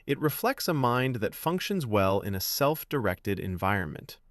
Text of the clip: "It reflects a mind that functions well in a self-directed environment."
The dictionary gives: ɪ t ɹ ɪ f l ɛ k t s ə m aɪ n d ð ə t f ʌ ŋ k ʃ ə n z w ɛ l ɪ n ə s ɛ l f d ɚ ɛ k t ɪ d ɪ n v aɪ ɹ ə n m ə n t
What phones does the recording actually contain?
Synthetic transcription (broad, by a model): ɪ t ɹ ɪ f l ɛ k t s ə m aɪ n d ð ə t f ʌ ŋ k ʃ ə n z w ɛ l ɪ n ə s ɛ l f d ɚ ɛ k t ɪ d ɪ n v aɪ ɹ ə n m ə n t